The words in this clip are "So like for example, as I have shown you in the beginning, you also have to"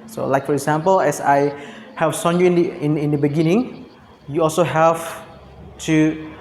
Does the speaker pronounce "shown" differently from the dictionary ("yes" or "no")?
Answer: yes